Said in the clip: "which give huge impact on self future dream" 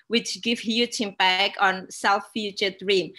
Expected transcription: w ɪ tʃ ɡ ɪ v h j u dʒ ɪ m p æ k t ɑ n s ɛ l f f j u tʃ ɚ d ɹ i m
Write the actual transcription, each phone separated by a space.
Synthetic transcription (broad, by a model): w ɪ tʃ ɡ ɪ v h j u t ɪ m b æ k ɑ n s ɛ l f f j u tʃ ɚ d ɹ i m